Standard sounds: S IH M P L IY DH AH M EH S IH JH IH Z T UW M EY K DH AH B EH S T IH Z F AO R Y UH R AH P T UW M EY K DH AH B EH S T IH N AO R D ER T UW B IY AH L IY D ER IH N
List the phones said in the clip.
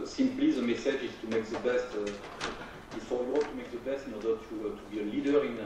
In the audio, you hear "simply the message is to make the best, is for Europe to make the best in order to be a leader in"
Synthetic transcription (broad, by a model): S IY M P L IY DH AH M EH S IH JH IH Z T UW M EY K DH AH B EH S T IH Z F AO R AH W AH T UW M EY K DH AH B EH S T IH N AO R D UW T UW B IY AH L IY D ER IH N